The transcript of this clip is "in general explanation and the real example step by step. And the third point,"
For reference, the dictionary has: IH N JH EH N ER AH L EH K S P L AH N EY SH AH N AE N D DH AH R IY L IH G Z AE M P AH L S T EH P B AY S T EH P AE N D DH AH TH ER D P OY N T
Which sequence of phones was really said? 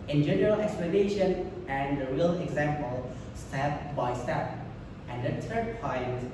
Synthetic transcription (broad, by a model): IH N JH EH N ER AH L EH K S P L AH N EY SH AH N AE N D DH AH R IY L IH G Z AE M P AH L S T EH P B AY S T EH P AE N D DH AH T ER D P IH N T